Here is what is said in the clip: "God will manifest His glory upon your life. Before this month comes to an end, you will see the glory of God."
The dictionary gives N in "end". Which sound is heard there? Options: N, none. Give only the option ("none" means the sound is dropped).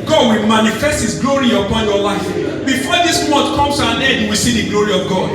none